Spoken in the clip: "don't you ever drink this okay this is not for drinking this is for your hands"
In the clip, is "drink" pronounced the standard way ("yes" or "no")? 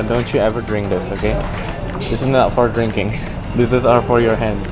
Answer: yes